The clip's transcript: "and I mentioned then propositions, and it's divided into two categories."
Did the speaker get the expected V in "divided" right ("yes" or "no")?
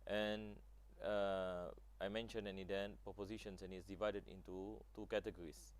yes